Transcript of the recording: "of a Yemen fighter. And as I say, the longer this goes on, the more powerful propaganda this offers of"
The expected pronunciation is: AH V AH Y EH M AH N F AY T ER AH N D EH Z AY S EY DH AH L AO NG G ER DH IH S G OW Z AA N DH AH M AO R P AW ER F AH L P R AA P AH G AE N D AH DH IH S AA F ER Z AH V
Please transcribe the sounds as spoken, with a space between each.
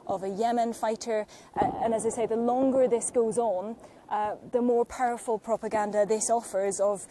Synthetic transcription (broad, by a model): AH V AH Y EH M AH N F AY T ER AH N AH Z AY S EY DH AH L AO NG G ER DH IH S G OW Z N DH AH M AO R P AW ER F AH L P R AA P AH G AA N D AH DH IH S AA F ER Z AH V